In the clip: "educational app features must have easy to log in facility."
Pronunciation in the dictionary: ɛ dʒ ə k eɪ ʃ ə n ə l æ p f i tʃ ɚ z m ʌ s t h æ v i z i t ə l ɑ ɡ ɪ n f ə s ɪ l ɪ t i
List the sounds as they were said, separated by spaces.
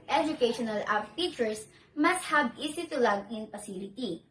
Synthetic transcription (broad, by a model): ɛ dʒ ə k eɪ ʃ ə n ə l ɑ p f i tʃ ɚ s m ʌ s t h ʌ b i s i t ə l ɑ ɡ ɪ n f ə s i l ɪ t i